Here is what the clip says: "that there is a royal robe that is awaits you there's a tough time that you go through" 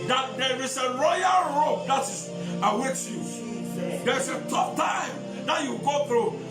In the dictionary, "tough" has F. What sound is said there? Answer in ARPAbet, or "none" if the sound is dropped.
P